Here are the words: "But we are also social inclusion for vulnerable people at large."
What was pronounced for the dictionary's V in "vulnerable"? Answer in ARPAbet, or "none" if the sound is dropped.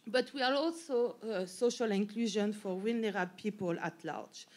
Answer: W